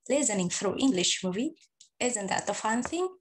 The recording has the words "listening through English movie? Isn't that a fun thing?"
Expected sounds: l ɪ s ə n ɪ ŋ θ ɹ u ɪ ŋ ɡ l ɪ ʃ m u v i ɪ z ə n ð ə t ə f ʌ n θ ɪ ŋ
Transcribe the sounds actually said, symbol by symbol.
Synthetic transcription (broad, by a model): l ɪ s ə n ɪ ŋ f ɹ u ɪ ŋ ɡ l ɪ ʃ m u v i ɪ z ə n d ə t ə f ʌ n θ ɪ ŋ